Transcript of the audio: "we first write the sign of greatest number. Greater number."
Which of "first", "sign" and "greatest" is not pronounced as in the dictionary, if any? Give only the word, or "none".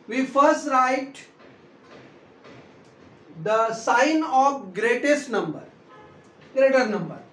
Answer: none